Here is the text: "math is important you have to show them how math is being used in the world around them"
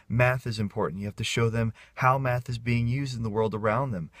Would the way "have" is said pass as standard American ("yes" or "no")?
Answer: no